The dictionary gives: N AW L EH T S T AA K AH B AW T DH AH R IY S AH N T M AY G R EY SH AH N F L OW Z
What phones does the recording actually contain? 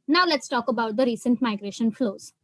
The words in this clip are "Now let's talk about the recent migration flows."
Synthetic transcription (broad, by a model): N AW L EH T S T AA K AH B AW T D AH R IY S AH N T M AY G R EY SH AH N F L OW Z